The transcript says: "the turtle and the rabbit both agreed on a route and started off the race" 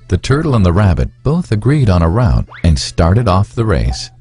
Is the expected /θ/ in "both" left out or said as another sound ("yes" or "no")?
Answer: no